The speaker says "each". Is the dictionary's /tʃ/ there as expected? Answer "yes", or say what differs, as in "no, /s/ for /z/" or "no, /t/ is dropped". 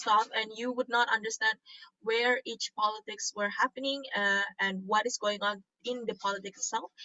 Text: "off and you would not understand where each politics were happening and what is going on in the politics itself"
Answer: yes